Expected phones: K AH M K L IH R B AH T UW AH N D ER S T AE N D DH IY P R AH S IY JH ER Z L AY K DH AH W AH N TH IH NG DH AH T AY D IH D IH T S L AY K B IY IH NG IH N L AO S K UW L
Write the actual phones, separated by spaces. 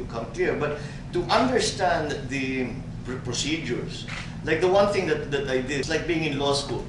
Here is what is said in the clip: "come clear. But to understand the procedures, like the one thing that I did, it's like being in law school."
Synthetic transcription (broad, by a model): K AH M K L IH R B AH T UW AH N D ER S T AE N D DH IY P R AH S IY JH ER S L AY K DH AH W AH N TH IH NG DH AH T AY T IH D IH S L AY K B IY IH NG IH N L AO S K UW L